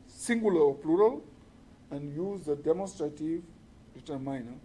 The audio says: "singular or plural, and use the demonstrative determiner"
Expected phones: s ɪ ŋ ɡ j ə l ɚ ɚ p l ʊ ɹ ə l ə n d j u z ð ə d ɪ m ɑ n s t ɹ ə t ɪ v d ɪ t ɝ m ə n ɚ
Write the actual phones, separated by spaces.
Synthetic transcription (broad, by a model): s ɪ ŋ ɡ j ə l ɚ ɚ p l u ɹ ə l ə n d j u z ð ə d ɪ m ɑ n s t ɹ ə t ɪ v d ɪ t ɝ m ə n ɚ